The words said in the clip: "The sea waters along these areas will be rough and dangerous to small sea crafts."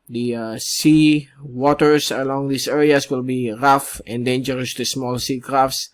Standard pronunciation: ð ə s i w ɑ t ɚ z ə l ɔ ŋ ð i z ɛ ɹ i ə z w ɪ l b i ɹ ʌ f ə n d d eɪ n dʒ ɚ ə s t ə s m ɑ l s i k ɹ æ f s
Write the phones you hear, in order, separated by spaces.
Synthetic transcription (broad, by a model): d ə s i w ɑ t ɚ s ə l ɔ ŋ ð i s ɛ ɹ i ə s w ɪ l b i ɹ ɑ f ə n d d eɪ n dʒ ɚ ə s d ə s m ɑ l s i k ɹ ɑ f s